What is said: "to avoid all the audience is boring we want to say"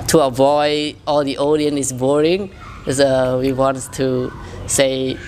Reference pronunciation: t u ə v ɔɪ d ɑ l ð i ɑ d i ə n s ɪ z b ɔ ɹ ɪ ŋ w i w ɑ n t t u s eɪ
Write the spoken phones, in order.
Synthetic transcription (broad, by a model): t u ə v ɔɪ d ɑ l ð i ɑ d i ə n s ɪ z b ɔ ɹ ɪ ŋ w i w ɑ n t t u s eɪ